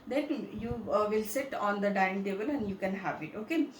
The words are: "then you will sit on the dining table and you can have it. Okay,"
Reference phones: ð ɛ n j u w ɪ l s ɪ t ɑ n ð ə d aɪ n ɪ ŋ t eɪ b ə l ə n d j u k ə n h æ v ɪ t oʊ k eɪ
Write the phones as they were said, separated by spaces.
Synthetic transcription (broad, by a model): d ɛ n j u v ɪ l s ɪ t ɑ n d ə d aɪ ɪ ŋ t eɪ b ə l ə n d j u k ə n h æ v ɪ t oʊ k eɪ